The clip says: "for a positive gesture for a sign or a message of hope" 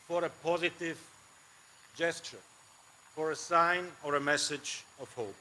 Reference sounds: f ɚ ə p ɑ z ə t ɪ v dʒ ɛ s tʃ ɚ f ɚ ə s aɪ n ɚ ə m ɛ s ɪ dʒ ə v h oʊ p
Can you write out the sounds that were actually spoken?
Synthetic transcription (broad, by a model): f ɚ ə p ɑ z ə t ɪ v dʒ ɛ s tʃ ɚ f ɚ ə s aɪ n ɚ ə m ɛ s ɪ dʒ ə v h oʊ p